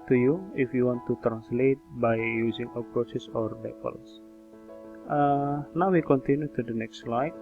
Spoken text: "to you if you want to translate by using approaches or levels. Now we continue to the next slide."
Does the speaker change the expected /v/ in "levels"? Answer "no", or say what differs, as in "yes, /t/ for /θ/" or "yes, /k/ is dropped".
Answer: yes, /p/ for /v/